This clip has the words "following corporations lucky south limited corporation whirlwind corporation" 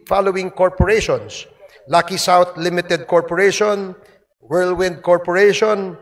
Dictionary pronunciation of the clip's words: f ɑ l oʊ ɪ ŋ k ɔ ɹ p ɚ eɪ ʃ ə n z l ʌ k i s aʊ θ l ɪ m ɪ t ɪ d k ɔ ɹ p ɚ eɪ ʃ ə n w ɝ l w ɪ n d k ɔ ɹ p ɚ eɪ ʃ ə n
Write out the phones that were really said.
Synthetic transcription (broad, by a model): f ɑ l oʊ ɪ ŋ k ɔ ɹ p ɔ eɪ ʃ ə n s l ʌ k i s aʊ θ l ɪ m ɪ t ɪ d k ɔ ɹ p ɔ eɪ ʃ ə n w ɝ l w ɪ n d k ɔ ɹ p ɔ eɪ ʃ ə n